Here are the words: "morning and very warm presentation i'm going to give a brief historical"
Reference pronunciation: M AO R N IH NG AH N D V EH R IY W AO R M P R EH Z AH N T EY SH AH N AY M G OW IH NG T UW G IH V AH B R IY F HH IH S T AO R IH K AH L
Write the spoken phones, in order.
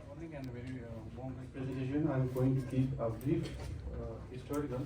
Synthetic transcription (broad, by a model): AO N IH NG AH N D V EH R IY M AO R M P R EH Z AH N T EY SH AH N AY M G OW IH NG T UW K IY P AH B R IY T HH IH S T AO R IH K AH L